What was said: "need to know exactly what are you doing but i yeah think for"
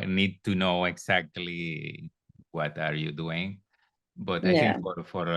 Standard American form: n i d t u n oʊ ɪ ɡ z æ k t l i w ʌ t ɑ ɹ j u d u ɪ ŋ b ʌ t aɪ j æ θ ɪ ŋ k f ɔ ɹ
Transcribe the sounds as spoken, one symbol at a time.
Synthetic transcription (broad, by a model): n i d t u n oʊ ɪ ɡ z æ k t l i w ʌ t ɑ ɹ j u d u ɪ ŋ b ʌ t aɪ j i f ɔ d f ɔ ɹ